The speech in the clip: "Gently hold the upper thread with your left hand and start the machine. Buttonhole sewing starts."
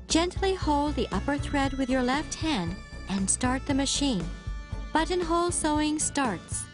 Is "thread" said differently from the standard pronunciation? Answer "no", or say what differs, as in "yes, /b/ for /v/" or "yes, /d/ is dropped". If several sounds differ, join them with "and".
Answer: no